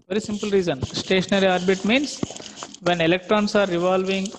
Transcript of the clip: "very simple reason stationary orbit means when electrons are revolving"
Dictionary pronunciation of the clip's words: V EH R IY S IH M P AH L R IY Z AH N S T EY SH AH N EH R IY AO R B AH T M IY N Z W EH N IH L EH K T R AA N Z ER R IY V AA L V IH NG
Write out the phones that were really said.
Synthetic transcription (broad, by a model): V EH R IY S IH M P AH L R IY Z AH N S T EY SH AH N EH R IY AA R B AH T M IY N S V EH N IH L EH K T R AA N S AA R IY V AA L V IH NG